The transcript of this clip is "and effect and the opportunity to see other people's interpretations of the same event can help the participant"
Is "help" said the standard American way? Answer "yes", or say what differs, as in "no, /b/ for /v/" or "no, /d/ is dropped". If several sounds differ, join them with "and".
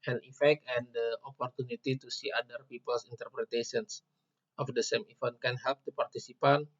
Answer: yes